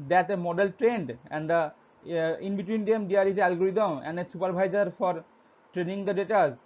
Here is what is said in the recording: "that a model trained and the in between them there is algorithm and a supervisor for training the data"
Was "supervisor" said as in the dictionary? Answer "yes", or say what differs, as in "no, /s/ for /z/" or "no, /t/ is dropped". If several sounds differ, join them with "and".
no, /b/ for /v/